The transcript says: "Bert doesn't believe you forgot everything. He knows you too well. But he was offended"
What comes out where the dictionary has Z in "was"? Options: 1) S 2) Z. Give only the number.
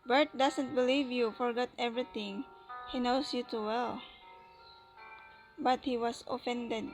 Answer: 1